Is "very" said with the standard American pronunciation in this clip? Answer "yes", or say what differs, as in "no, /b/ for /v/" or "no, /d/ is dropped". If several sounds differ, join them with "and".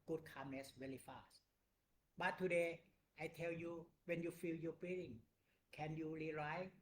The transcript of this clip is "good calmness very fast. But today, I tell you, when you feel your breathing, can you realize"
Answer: no, /w/ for /v/ and /l/ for /ɹ/